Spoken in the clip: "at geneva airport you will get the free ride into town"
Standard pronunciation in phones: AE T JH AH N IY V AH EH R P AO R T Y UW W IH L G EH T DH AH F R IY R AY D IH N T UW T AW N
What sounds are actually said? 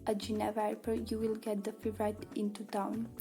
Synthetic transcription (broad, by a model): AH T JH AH N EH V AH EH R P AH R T Y UW W IH L G EH T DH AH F IY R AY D IH N T UW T AW N